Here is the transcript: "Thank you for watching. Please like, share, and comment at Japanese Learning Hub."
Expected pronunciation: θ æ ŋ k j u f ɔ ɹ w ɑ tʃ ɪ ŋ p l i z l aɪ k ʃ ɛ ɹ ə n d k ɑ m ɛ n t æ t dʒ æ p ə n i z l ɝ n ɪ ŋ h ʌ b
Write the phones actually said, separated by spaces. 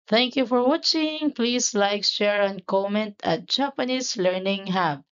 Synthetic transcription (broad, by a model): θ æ ŋ k j u f ɔ ɹ w ɑ tʃ ɪ ŋ p l i s l aɪ k ʃ ɛ ɹ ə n k ɑ m ɛ n t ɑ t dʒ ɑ p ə n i s l ɝ n ɪ ŋ h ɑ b